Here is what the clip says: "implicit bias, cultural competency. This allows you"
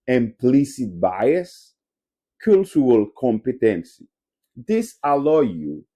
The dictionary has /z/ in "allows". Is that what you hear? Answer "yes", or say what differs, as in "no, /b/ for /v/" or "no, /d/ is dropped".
no, /z/ is dropped